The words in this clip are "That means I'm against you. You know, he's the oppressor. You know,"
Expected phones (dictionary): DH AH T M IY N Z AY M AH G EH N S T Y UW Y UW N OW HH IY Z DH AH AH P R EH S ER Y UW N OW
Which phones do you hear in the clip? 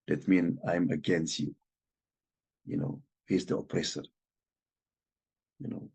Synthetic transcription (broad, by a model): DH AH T M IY N AY M AH G EH N S T Y UW Y UW N OW HH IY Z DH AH AH P R EH S ER Y UW N OW